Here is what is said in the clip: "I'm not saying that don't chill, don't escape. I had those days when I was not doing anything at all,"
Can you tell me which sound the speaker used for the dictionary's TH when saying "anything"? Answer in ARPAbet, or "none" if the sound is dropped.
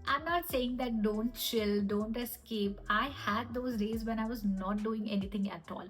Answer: T